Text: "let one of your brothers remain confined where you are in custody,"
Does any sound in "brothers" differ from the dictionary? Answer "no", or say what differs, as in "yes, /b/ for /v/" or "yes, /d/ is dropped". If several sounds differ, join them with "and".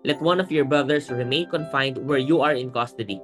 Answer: yes, /s/ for /z/